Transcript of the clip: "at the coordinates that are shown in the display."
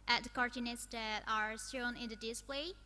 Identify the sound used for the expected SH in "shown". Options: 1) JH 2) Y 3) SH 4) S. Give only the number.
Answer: 4